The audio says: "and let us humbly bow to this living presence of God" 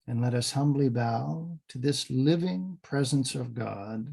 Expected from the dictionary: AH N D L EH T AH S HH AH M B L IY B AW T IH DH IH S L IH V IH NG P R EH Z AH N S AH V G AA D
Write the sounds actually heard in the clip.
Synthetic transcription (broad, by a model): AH N L EH T AH S HH AH M B L IY B AW T IH DH IH S L IH V IH NG P R EH Z AH N S AH V G AA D